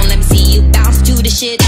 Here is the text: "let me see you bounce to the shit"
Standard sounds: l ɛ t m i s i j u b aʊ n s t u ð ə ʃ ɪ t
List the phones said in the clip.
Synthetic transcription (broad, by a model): l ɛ t m i s i j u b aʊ s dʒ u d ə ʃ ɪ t